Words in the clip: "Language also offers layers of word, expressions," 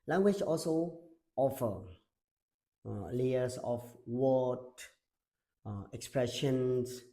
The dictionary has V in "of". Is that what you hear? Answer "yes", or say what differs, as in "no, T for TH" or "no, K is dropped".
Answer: no, F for V